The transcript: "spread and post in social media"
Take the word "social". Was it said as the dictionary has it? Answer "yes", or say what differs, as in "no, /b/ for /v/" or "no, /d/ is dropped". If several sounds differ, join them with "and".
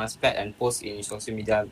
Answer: no, /s/ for /ʃ/